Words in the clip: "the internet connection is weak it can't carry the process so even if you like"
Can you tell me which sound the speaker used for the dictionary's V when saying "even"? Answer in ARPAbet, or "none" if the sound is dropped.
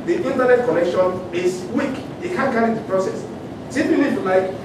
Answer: P